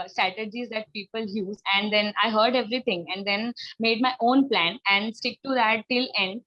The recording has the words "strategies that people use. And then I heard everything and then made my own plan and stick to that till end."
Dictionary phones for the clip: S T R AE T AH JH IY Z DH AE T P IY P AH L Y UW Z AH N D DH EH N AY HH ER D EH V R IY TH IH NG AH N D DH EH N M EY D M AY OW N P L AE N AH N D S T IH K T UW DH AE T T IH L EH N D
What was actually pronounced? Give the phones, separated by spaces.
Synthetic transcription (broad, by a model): S T R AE T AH JH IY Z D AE T P IY P AH L Y UW Z AH N D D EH N AY HH ER D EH V R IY T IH NG AH N D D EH N M EY D M AY OW N P L AE N AH N D S T IH K T UW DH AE T T IH L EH N D